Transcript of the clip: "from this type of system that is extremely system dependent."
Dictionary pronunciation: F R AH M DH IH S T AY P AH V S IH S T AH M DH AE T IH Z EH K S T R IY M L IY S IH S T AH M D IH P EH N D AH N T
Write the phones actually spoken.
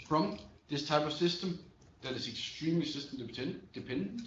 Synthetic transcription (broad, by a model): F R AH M DH IH S T AY P AH V S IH S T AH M DH AE T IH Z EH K S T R IY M IY S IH S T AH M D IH P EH N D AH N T